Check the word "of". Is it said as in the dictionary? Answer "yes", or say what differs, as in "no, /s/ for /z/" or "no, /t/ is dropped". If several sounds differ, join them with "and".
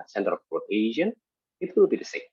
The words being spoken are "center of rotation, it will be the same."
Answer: no, /p/ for /v/